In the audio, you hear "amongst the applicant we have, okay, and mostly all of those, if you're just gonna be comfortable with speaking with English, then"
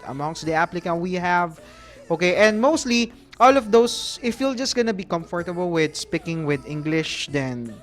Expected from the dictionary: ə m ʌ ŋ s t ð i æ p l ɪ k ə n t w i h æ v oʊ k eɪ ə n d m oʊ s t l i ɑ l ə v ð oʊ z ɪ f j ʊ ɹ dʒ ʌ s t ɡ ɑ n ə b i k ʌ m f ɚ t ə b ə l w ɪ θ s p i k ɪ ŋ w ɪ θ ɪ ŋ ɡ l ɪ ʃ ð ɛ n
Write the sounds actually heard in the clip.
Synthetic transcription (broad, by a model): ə m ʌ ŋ s t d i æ p l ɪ k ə n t w i h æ v oʊ k eɪ ə n d m oʊ s t l i ɑ l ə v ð oʊ s ɪ f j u l dʒ ʌ s t ɡ ɑ n ə b i k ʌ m f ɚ t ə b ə l w ɪ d s p i k ɪ ŋ w ɪ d ɪ ŋ ɡ l ɪ ʃ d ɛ n